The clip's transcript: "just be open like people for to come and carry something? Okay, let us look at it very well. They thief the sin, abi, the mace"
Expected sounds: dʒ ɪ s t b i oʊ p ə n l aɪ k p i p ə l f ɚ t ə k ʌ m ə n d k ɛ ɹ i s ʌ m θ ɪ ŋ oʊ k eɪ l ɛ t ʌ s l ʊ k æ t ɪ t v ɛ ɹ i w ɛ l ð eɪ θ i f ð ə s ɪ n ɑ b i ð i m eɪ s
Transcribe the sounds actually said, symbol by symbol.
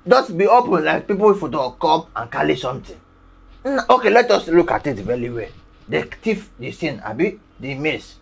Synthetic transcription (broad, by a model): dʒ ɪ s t b i oʊ p ə n l aɪ k p i p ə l f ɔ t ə k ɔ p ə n k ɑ l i s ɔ m t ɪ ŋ oʊ k eɪ l ɛ t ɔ s l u k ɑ t ɪ t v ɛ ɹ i w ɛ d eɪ t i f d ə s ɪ n ɑ b i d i m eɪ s